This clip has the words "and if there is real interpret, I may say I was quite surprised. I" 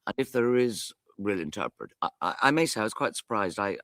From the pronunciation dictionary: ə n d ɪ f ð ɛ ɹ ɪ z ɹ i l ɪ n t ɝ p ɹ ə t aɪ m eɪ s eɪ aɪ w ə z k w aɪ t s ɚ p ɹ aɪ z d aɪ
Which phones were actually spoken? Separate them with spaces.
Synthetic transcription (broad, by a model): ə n ɪ f ð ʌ ɹ ɪ z ɹ i l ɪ n t ɝ p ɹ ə t aɪ m eɪ s eɪ aɪ w ə z k w aɪ t s ɚ p ɹ aɪ z d aɪ